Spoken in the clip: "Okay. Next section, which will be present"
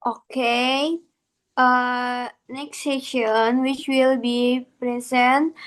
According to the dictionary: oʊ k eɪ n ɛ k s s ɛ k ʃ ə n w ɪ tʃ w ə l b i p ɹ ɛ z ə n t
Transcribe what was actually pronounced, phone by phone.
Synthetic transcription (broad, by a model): oʊ k eɪ n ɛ k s s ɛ ʃ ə n w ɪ tʃ w ə l b i p ɹ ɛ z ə n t